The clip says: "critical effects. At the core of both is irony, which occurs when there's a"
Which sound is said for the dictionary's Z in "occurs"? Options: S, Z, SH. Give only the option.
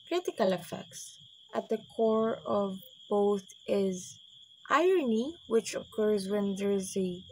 Z